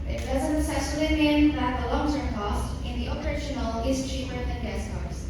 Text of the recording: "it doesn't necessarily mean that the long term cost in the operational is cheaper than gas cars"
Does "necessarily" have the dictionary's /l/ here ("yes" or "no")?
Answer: no